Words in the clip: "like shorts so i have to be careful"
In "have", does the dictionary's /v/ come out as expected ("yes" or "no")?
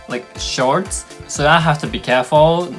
no